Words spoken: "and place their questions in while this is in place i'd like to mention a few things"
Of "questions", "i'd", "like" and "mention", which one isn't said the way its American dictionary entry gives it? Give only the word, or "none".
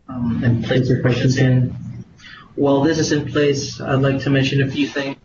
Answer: questions